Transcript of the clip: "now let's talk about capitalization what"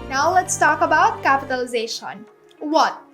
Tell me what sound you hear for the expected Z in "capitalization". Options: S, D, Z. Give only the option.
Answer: Z